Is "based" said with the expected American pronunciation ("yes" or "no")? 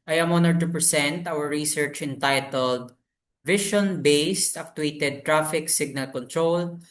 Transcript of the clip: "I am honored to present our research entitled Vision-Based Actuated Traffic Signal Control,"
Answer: yes